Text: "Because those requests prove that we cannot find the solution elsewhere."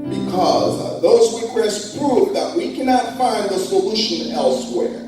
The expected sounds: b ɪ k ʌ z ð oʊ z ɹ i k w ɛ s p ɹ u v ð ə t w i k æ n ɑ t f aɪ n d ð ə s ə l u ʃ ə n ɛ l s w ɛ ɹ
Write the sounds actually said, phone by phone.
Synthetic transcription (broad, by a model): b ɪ k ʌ z ð oʊ z w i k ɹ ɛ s p ɹ u v ð ə t w i k æ n ɑ t f aɪ n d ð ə s ə l u ʃ ə n ɛ l s w ɛ ɹ